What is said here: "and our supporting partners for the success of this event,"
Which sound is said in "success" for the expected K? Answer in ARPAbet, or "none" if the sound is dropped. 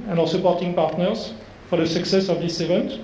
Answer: K